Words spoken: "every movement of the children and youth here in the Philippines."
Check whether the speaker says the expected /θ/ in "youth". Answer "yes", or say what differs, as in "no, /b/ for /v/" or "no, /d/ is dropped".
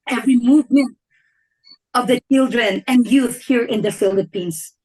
yes